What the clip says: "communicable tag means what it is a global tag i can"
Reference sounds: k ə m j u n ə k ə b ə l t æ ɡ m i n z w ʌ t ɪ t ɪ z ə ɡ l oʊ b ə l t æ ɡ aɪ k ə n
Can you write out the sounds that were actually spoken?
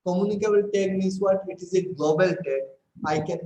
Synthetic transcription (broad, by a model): k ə m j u n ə k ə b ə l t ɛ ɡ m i z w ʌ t ɪ t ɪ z ə ɡ l oʊ b ə l t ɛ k aɪ k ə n